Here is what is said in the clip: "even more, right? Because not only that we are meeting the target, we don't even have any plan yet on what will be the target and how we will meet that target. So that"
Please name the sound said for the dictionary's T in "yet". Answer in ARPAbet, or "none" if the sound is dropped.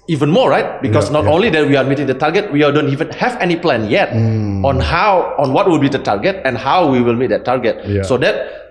T